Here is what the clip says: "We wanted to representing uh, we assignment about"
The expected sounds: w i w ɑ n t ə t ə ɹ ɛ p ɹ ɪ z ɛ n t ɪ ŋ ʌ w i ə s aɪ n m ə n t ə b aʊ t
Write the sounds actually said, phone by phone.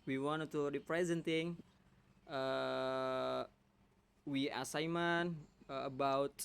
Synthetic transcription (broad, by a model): w i w ɑ n t ə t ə p ɹ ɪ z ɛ n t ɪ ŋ ʌ w i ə s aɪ m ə n ə b aʊ t